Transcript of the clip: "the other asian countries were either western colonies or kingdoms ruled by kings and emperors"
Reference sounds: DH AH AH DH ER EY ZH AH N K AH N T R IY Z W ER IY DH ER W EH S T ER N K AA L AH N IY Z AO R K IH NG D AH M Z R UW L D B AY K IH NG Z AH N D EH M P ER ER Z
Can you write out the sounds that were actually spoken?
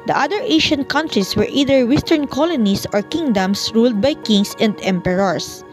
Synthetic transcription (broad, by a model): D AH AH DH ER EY SH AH N K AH N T R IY S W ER IY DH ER W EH S T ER N K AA L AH N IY S AO R K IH NG D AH M S R UW L D B AY K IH NG S AH N D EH M P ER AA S